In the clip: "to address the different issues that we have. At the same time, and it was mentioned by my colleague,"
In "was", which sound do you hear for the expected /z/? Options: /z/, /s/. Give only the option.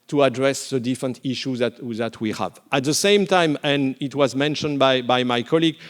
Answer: /z/